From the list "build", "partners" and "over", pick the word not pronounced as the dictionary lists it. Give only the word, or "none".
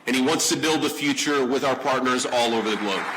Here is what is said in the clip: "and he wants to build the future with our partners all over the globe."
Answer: none